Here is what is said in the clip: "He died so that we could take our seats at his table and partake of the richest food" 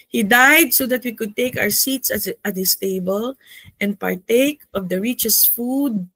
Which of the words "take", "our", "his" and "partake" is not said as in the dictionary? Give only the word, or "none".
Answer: his